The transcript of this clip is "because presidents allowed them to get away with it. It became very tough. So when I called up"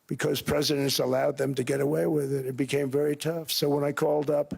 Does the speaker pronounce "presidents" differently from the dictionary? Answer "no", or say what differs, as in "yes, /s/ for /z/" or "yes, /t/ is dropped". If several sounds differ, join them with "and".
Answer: no